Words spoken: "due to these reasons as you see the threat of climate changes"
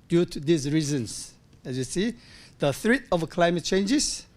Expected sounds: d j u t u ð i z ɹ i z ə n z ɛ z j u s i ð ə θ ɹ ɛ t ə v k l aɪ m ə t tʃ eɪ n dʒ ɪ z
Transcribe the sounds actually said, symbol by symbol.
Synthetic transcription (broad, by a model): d j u t u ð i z ɹ i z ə n s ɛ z j u s i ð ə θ ɹ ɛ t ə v k l aɪ m ə t tʃ eɪ n dʒ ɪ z